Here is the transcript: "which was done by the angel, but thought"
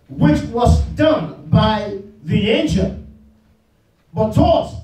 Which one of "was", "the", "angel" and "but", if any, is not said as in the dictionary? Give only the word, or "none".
angel